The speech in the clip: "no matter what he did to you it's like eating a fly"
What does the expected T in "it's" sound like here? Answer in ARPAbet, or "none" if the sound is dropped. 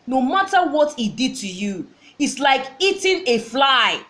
T